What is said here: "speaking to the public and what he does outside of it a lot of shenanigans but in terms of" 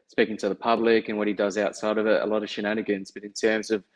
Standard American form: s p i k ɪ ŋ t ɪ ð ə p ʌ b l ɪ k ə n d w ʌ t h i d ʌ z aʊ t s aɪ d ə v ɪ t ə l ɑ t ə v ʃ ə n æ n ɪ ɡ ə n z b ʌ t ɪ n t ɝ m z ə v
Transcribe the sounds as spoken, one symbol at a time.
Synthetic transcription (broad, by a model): s p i k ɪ ŋ t ɪ ð ə p ʌ b l ɪ k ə n w ʌ t h i d ʌ z aʊ t s aɪ d ə v ɪ t ə l ɑ t ə v ʃ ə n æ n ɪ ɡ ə n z b ʌ t ɪ n t ɝ m z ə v